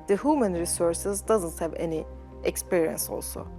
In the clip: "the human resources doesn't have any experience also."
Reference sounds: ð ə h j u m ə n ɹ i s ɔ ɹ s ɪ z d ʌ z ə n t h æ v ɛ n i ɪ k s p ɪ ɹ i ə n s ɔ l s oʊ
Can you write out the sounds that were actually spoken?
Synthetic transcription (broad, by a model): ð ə h j u m ə n ɹ i s ɔ ɹ s ɪ z d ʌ z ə n t h æ v ɛ n i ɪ k s p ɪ ɹ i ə n s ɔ l s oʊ